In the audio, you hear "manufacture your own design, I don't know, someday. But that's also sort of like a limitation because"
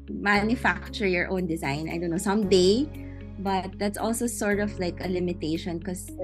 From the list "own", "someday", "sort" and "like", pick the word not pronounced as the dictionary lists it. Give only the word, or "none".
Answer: none